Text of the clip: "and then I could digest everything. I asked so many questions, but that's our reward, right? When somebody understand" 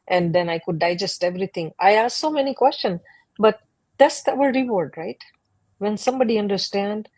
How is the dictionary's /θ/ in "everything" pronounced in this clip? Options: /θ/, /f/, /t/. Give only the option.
/t/